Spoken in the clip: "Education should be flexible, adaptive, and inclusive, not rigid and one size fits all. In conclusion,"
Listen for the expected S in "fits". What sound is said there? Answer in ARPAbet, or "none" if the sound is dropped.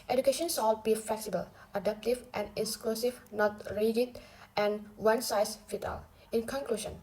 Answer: none